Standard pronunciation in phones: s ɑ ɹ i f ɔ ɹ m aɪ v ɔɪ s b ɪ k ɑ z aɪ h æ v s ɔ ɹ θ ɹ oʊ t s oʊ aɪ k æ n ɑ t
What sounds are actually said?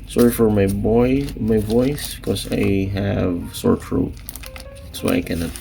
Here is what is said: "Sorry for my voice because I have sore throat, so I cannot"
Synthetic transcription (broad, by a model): s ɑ ɹ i f ɔ ɹ m aɪ b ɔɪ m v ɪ k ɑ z aɪ h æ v s ɔ ɹ f ɹ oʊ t s oʊ aɪ k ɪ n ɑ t